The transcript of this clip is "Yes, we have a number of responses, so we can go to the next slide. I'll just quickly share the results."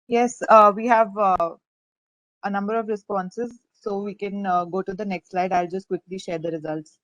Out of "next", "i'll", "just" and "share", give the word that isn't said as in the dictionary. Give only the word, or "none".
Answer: none